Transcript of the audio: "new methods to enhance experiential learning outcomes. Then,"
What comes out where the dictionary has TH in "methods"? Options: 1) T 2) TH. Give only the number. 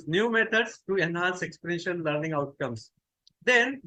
1